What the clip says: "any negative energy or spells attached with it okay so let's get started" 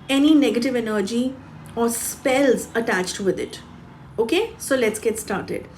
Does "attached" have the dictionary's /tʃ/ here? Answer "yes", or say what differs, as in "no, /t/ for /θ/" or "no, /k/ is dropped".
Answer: yes